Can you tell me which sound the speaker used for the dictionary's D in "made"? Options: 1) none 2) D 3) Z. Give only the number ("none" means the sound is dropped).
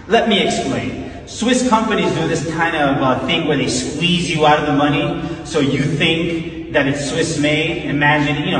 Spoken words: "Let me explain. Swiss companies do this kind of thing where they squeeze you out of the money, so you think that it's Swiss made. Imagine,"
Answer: 1